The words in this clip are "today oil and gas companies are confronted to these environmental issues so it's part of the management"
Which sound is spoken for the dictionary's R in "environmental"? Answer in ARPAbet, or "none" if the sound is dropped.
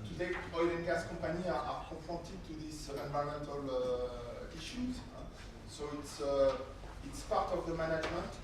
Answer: none